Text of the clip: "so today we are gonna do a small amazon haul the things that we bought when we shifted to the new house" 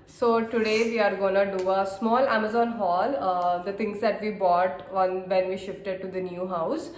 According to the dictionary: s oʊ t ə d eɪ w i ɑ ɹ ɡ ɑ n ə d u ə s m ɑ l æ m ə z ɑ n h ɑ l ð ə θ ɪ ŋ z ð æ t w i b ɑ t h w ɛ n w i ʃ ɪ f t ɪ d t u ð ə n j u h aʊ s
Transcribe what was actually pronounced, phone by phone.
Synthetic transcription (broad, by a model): s oʊ t ə d eɪ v i ɑ ɹ ɡ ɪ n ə d u ə s m ɑ l æ m ə z ɑ n h ɑ l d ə t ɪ ŋ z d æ t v i b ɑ t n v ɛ n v i ʃ ɪ f t ɪ d t u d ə n j u h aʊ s